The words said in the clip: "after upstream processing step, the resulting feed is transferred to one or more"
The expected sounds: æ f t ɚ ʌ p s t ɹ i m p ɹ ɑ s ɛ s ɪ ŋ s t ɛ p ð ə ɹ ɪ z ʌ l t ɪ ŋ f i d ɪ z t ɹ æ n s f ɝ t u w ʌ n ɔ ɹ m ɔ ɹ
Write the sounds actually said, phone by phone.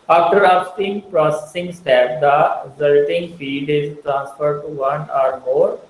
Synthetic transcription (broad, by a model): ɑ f t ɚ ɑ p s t i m p ɹ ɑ s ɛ s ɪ ŋ s t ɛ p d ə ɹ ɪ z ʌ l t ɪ ŋ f i d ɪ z t ɹ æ n s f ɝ t u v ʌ n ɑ ɹ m ɔ ɹ